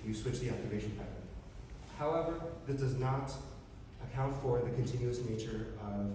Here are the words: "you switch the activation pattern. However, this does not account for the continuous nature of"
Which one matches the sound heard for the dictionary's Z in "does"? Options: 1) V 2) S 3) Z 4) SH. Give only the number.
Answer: 3